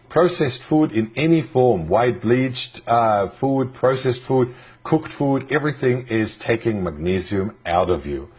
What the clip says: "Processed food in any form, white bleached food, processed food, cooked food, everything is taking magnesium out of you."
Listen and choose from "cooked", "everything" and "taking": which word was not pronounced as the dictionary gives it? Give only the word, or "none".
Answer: none